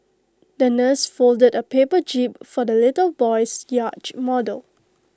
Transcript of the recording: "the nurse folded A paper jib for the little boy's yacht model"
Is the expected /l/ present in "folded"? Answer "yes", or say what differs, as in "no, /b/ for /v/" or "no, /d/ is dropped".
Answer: yes